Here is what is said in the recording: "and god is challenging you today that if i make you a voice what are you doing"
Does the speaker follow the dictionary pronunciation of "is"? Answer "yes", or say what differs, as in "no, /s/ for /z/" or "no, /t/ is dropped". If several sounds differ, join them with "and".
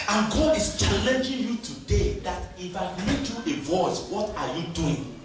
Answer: no, /s/ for /z/